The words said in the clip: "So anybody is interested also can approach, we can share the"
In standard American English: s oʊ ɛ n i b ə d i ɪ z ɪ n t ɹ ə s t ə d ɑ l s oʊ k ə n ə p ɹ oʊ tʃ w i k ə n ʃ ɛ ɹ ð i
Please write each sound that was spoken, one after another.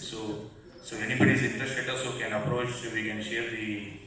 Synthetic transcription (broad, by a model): s oʊ ɛ n i b ə d i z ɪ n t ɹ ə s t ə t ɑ s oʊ k ə n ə p ɹ oʊ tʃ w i k ə n ʃ ɛ ɹ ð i